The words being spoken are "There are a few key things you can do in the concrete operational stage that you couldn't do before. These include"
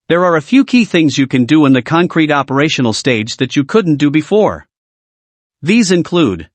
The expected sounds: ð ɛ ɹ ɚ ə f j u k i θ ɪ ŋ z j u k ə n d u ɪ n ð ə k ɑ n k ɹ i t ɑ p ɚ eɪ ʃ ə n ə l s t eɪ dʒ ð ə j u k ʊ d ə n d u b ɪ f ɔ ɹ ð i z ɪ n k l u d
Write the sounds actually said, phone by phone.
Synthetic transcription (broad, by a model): ð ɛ ɹ ɚ ə f j u k i θ ɪ ŋ z j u k ə n d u ɪ n ð ə k ɑ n k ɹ i t ɑ p ɚ eɪ ʃ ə n l s t eɪ dʒ ð ə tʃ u k ʊ d n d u b ɪ f ɔ ɹ ð i z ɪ n k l u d